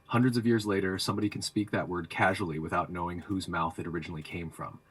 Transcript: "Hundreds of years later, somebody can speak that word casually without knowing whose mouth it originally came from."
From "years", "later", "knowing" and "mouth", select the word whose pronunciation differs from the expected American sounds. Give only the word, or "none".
none